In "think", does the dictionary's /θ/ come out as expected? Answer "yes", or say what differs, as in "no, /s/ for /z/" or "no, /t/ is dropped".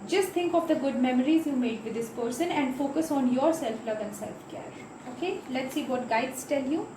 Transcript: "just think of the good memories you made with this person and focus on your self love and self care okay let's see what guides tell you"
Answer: no, /t/ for /θ/